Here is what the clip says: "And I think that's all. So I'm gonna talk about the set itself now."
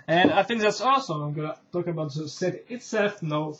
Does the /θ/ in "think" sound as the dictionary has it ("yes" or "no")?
yes